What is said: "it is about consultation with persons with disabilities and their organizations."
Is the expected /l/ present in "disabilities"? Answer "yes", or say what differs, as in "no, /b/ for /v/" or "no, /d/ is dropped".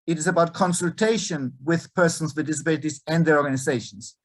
yes